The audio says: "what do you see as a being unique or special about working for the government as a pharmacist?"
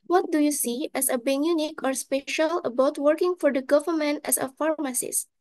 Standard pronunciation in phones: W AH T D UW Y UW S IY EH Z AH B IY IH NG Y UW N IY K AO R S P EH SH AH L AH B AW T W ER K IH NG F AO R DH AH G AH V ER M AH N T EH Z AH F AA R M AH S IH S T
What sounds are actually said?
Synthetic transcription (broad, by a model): W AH T D UW Y UW S IY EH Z AH B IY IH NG Y UW N IY K AO R S P EH SH AH L AH B AW T W ER K IH NG F AO R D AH G AH V ER M AH N T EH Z AH F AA R M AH S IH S